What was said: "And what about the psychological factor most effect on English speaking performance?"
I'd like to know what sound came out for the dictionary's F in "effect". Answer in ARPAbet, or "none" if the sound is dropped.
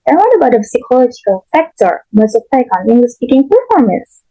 P